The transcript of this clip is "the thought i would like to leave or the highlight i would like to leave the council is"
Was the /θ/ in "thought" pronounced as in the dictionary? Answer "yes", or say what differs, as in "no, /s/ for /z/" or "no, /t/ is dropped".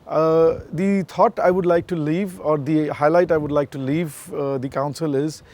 no, /t/ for /θ/